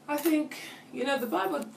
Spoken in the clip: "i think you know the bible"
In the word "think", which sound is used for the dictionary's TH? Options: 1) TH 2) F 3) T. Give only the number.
1